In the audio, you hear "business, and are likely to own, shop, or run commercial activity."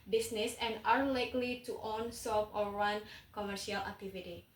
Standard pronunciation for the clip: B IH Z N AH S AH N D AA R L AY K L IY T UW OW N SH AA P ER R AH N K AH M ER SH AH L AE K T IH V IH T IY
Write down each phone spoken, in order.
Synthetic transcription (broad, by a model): B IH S N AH S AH N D AA R L AY K L IY T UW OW N S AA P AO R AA N K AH M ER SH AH L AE K T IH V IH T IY